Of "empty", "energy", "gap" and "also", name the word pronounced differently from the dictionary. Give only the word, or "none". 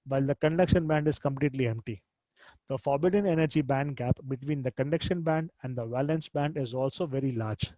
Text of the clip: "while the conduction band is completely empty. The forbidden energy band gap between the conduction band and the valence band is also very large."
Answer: none